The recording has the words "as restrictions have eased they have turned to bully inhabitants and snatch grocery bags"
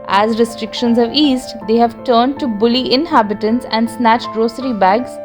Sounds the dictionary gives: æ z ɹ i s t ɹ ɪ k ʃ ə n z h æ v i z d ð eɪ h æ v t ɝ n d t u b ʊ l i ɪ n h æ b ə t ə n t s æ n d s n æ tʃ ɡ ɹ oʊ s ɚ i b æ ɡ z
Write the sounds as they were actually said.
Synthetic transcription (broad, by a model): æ z ɹ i s t ɹ ɪ k ʃ ə n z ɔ v i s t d eɪ h æ v t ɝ n d t u b ʊ l i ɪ n h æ b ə t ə n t s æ n d s n æ tʃ ɡ ɹ oʊ s ɚ i b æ ɡ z